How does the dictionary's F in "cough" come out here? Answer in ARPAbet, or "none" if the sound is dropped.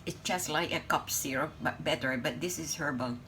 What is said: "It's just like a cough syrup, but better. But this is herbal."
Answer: P